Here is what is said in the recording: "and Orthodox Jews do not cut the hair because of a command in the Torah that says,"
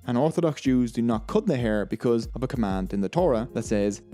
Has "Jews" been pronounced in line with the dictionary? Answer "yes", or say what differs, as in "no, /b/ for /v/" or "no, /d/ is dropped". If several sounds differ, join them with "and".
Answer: yes